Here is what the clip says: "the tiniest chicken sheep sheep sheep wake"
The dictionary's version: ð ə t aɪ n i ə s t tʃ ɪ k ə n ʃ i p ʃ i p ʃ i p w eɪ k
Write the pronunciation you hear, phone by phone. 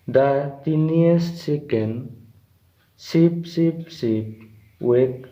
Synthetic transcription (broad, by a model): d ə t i n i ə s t s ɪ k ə n s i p s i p s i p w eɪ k